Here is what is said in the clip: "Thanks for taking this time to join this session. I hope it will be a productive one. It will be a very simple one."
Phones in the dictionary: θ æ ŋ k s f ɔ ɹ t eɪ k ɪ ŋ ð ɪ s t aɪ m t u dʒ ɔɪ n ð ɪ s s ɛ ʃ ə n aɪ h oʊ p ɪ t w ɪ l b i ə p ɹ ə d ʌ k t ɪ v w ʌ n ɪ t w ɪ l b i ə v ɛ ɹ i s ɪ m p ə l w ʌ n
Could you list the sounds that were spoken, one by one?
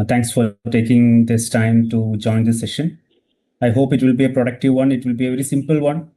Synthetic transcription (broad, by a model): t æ ŋ k s f ɔ ɹ t eɪ k ɪ ŋ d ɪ s t aɪ m t u dʒ ɔɪ n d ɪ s s ɛ ʃ ə n aɪ h oʊ p ɪ t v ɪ l b i ə p ɹ ə d ʌ k t ɪ v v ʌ n ɪ t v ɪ l b i ə v ɛ ɹ i s ɪ m p ə l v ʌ n